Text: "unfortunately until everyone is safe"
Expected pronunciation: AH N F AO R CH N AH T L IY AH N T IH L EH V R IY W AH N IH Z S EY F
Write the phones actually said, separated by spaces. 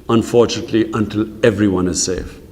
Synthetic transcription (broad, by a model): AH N F AO R CH N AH T L IY AH N T IH L EH V R IY W AH N IH Z S EY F